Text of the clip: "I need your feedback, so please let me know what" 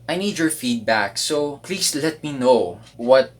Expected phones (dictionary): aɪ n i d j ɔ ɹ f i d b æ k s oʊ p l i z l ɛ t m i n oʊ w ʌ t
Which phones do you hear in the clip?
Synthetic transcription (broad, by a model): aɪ n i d j ɔ ɹ f i d b æ k s oʊ p l i s l ɛ t m i n oʊ w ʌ t